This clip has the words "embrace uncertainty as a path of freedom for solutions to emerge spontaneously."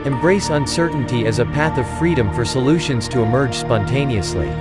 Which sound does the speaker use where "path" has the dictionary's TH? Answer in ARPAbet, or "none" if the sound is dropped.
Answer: TH